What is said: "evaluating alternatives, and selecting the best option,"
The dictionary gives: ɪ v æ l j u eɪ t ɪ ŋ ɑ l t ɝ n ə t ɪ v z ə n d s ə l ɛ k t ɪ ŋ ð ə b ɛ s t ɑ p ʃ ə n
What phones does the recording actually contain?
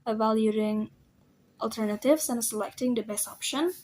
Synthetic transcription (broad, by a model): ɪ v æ l j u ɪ ŋ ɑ l t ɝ n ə t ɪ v s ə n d s ə l ɛ k t ɪ ŋ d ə b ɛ s ɑ p ʃ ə n